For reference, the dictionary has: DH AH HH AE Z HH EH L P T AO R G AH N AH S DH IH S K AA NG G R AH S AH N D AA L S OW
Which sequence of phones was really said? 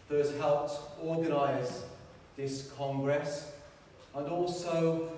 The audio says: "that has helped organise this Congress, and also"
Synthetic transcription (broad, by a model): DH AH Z HH EH L P T AO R G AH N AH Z DH IH S K AA NG G R AH S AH N AA L S OW